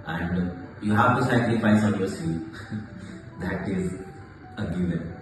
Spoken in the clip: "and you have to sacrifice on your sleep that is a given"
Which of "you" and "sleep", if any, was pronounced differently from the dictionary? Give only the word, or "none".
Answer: sleep